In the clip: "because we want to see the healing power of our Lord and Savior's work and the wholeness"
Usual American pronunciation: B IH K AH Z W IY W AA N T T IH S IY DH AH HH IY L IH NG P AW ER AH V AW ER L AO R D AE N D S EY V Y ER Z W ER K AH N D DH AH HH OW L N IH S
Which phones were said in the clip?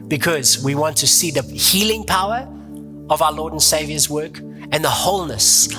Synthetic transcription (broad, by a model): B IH K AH Z W IY W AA N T T IH S IY DH AH HH IY L IH NG P AW ER AH V AW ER L AO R D N S EY V Y ER Z W ER K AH N DH AH HH OW L N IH S